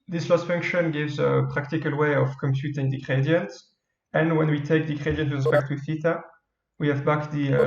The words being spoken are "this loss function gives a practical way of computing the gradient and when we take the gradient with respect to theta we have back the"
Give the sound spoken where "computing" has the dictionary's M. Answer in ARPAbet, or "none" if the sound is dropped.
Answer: M